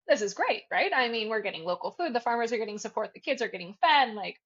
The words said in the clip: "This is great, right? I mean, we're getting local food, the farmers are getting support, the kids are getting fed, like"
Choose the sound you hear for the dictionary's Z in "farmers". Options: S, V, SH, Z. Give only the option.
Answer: Z